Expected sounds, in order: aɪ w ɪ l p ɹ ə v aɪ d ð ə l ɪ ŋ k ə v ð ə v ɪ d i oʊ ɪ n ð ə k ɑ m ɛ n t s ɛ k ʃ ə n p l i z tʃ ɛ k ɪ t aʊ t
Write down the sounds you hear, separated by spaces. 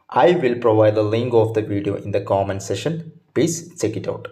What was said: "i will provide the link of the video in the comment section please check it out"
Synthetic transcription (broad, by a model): aɪ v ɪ l p ɹ ə v aɪ d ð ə l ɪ ŋ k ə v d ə v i d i oʊ ɪ n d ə k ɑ m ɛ n s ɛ ʃ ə n p l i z tʃ ɛ k ɪ t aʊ t